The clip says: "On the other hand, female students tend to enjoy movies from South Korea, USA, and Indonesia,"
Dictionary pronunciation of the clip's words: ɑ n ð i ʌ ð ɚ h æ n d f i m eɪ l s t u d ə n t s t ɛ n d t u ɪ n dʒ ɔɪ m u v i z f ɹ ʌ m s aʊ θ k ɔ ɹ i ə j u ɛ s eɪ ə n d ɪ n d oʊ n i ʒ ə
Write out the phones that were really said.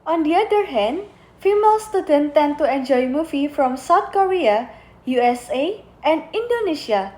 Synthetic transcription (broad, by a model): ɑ n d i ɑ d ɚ h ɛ n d f i m eɪ l s t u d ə n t t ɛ n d t u ɪ n dʒ ɔɪ m u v i f ɹ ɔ m s aʊ t k ɔ ɹ i ə j u ɛ s eɪ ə n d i n d oʊ n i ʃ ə